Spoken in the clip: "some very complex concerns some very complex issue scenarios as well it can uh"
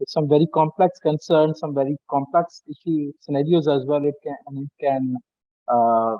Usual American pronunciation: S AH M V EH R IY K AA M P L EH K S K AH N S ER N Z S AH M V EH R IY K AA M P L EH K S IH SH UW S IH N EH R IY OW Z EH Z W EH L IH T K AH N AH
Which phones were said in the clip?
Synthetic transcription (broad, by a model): S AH M V EH R IY K AA M P L EH K S K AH N S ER N S AH M V EH R IY K AA M P L EH K S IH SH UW S IH N EH R IY OW Z EH Z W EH L IH T K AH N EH